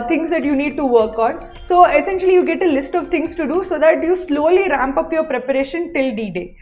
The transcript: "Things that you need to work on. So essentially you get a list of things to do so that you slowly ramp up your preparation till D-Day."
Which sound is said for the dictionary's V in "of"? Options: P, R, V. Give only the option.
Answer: V